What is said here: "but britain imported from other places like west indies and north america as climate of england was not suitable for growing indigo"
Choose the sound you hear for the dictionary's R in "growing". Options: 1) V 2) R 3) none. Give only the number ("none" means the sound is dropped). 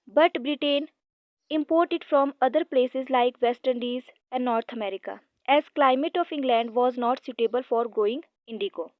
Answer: 3